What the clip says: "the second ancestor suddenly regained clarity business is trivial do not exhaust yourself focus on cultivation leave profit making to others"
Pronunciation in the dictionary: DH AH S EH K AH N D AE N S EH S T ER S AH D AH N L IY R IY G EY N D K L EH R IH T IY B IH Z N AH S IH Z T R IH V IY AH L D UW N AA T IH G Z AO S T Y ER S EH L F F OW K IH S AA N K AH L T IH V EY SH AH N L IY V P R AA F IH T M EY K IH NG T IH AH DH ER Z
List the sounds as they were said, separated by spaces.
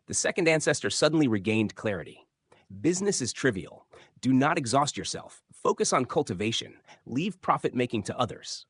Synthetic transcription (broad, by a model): DH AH S EH K AH N D AE N S EH S T ER S AH D N L IY R IY G EY N D K L EH R IH T IY B IH Z N AH S IH Z T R IH V IY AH L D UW N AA T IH G Z AO S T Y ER S EH L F F OW K IH S N K AH L T IH V EY SH AH N L IY V P R AA F IH T M EY K IH NG T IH AH DH ER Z